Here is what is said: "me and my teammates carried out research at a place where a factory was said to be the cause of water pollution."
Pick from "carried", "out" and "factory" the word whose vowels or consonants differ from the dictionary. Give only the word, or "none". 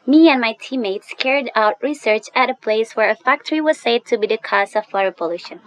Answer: none